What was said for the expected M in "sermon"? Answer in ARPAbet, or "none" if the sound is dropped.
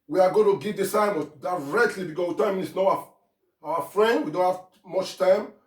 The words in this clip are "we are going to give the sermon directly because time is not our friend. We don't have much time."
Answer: none